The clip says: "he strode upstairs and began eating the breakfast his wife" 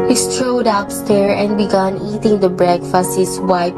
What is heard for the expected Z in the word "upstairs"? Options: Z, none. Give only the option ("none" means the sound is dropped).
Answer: none